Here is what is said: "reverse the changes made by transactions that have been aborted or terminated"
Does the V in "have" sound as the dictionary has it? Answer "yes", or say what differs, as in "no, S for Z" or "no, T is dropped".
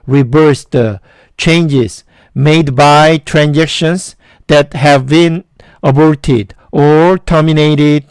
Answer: yes